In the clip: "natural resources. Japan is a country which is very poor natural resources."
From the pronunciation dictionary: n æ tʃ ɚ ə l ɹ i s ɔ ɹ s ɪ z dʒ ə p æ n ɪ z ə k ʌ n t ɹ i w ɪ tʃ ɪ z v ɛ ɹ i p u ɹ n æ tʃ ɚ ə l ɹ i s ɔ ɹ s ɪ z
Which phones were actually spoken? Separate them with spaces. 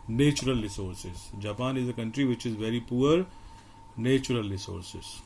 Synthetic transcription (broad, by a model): n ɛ tʃ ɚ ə l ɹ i s ɔ ɹ s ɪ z dʒ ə p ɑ n ɪ z ə k ʌ n t ɹ i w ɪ tʃ ɪ z v ɛ ɹ i p u ɹ n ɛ tʃ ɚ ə l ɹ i s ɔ ɹ s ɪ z